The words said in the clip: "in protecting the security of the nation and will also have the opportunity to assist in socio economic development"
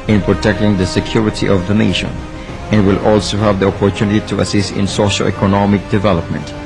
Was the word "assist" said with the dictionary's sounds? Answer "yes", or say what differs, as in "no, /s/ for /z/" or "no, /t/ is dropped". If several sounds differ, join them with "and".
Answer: yes